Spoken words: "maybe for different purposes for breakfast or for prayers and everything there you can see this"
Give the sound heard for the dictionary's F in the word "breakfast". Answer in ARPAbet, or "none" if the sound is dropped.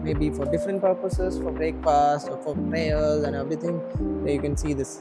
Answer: P